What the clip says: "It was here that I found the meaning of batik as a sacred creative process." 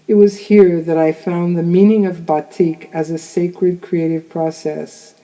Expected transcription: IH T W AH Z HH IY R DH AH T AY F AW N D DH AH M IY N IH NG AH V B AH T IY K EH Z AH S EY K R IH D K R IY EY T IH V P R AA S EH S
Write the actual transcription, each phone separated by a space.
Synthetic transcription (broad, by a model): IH T W AH Z HH IY R DH AH T AY F AW N DH AH M IY N IH NG AH V B AH T IY K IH Z AH S EY K R IH D K R IY EY T IH V P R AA S EH S